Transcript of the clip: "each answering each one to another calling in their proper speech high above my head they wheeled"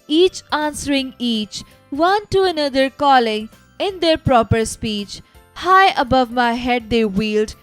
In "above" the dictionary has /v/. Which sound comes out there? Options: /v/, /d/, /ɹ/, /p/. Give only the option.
/v/